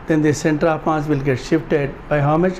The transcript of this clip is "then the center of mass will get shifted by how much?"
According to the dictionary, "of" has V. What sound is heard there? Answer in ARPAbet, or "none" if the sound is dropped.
P